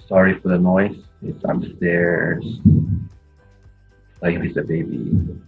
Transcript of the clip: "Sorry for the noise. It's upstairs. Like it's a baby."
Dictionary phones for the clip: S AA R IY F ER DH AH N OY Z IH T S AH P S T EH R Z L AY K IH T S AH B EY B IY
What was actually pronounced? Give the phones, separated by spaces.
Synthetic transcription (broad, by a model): S AA R IY F ER DH AH N OY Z IH T S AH S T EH R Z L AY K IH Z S AH B EY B IY